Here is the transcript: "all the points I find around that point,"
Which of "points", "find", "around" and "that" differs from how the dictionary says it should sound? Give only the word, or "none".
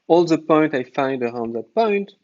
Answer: points